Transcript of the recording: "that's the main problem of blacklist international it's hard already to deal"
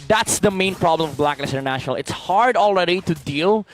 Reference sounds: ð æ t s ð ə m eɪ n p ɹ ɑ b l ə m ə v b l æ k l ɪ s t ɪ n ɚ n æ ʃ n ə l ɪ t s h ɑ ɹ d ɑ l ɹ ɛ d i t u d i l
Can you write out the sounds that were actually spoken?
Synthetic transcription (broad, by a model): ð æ t s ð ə m eɪ n p ɹ ɑ b l ə m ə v b l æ k n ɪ s ɪ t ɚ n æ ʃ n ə l ɪ t s h ɑ ɹ d ɑ l ɹ ɛ d i t u d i l